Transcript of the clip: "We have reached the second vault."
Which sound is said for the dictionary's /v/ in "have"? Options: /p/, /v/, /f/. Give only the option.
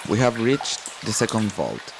/v/